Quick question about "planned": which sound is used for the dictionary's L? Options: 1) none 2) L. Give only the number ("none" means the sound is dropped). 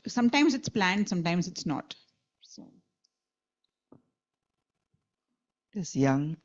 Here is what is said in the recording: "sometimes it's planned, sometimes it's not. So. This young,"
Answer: 2